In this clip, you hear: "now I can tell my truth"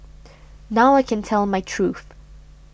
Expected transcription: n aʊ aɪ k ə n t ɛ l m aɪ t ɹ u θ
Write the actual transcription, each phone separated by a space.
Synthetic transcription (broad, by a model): n aʊ aɪ k ə n t ɛ l m aɪ t ɹ u θ